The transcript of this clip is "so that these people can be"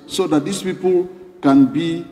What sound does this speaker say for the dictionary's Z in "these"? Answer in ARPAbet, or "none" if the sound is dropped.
S